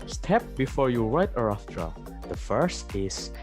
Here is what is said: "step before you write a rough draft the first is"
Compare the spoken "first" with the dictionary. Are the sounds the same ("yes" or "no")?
yes